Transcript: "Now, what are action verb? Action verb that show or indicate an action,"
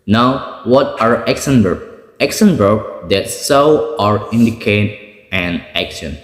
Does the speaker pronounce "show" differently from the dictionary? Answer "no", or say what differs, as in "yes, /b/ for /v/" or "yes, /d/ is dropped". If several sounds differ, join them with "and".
yes, /s/ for /ʃ/